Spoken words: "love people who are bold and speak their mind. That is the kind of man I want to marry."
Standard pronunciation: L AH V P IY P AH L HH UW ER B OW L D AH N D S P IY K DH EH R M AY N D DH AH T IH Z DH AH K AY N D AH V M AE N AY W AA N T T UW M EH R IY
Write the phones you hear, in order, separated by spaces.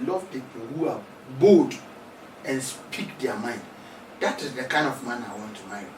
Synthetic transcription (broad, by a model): L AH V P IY P L HH UW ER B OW D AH N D S P IY K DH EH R M AY N D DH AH T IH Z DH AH K AY N D AH V M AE N AY W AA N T T UW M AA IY